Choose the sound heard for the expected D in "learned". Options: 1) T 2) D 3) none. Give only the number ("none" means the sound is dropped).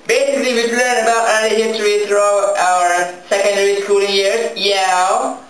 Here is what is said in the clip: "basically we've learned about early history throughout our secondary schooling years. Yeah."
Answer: 3